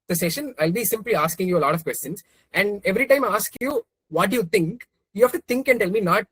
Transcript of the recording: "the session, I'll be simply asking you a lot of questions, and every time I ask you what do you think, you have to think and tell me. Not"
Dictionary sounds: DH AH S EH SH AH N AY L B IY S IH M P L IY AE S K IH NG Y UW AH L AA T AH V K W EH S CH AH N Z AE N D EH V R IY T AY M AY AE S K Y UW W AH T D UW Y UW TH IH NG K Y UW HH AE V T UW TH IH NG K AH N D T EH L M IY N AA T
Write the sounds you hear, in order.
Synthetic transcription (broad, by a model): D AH S EH SH AH N AY L B IY S IH M P L IY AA S K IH NG Y UW AH L AA T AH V K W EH S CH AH N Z AE N D EH V R IY T AY M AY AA S K Y UW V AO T D UW Y UW T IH NG K Y UW HH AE F T UW T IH NG K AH N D T EH L M IY N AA T